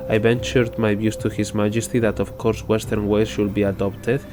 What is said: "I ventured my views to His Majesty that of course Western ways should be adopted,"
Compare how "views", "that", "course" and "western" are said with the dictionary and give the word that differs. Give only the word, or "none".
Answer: views